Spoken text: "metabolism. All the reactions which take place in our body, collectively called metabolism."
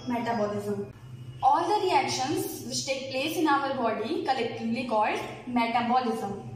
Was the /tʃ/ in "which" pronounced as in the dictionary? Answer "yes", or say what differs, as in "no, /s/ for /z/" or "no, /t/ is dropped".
no, /s/ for /tʃ/